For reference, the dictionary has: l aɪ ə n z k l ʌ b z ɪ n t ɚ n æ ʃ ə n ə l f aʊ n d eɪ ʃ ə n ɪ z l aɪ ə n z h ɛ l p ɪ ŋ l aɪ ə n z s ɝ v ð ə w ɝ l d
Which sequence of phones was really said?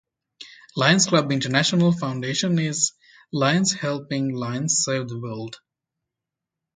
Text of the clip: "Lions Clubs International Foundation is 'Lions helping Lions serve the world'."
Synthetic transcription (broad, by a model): l aɪ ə n s k l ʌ b ɪ n t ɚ n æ ʃ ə n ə l f aʊ n d eɪ ʃ ə n ɪ z l aɪ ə n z h ɛ l p ɪ ŋ l aɪ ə n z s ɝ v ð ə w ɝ l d